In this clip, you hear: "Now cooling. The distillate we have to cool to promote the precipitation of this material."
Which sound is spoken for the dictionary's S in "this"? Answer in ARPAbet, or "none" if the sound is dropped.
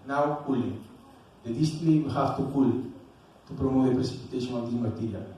none